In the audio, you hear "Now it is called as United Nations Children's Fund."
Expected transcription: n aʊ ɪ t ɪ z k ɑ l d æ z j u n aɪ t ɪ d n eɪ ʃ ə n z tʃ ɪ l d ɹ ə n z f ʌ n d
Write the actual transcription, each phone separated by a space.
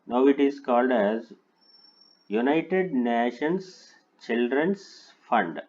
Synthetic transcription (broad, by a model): n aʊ ɪ t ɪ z k ɑ l d æ z j u n aɪ t ɪ d n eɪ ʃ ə n s tʃ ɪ l d ɹ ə n s f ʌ n d